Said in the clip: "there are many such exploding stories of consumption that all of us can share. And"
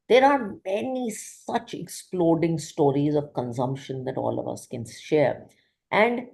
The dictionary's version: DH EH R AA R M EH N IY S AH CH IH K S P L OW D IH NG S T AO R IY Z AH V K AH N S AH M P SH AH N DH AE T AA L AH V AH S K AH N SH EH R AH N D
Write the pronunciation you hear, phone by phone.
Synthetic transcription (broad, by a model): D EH R AA R M EH N IY S AH CH IH K S P L OW D IH NG S T AO R IY Z AH V K AH N S AH M P SH AH N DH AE T AA L AH V AH S K AH N SH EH R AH N D